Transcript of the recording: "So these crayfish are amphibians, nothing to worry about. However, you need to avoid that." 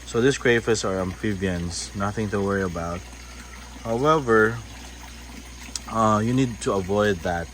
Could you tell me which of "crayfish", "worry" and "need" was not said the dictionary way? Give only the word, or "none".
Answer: crayfish